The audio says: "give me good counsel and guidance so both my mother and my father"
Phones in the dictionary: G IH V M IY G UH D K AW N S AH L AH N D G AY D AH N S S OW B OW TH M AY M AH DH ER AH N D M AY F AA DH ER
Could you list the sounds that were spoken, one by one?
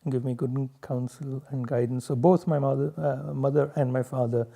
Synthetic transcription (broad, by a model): G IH V M IY G UH D K AW N S AH L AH N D G AY D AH N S S OW B OW T M AY M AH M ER AH N D M AY F AA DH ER